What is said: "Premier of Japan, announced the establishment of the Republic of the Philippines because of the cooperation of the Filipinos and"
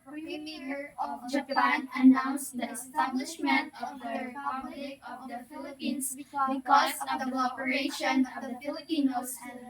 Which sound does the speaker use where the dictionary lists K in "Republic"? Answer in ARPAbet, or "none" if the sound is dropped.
none